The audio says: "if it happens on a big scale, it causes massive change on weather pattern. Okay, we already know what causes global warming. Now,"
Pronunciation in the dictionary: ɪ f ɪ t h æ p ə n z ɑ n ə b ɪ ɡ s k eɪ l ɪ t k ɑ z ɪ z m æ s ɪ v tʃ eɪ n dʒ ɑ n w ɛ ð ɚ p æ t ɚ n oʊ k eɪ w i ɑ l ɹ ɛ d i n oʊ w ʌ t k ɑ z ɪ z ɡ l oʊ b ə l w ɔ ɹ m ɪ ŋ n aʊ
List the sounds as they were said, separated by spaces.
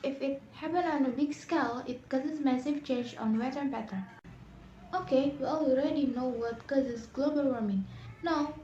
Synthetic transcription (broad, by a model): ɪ f ɪ t h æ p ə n ɑ n ə b ɪ ɡ s k eɪ l ɪ t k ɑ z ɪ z m æ s ɪ v tʃ eɪ n dʒ ɑ n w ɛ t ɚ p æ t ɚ oʊ k eɪ w i ɑ l ɹ ɛ d i n oʊ w ʌ t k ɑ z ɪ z ɡ l oʊ b ə l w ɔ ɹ m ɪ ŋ n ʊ